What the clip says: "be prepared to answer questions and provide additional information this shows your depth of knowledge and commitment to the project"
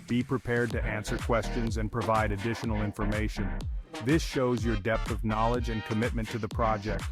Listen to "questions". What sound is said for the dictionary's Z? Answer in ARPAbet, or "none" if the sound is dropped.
Z